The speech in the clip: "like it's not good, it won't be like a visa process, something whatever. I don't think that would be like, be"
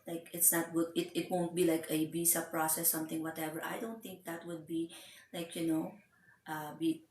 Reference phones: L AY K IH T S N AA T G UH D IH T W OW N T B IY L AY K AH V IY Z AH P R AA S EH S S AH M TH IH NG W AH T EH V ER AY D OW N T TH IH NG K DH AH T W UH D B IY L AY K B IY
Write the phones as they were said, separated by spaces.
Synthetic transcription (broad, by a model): L AY K IH T S N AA T G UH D IH T W OW N T B IY L AY K AH B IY S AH P R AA S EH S S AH M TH IH NG W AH T EH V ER AY D OW N T TH IH NG K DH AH T W UH D B IY L AY K B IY